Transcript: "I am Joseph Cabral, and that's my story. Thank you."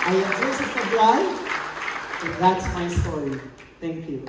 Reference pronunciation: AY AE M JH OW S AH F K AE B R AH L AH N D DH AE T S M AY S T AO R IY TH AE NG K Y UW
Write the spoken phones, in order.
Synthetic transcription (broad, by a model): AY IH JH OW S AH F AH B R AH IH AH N DH AE T S M AY S T AO R IY TH AE NG K Y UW